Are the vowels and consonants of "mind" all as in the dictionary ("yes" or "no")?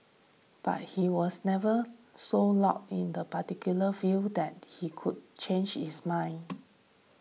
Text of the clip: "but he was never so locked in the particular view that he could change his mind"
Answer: no